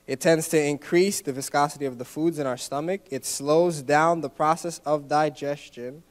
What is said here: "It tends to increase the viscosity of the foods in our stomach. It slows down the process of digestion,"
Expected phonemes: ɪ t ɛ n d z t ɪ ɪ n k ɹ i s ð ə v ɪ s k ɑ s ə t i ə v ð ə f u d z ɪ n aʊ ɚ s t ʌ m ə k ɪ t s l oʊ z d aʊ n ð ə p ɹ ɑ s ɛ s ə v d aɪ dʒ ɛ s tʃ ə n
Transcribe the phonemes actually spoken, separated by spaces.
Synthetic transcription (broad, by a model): ɪ t ɛ n d z t ɪ ɪ n k ɹ i s ð ə v ɪ s k ɑ s ə t i ə v ð ə f u d z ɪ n aʊ ɚ s t ʌ m ə k ɪ t s l oʊ z d aʊ n ð ə p ɹ ɑ s ɛ s ə v d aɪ dʒ ɛ s tʃ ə n